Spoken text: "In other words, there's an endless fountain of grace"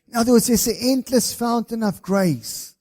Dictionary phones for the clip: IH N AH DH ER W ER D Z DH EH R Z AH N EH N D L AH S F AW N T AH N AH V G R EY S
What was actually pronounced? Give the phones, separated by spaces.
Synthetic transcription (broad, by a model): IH N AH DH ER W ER D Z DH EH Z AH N EH N D L AH S F AW N T AH N AH V G R EY S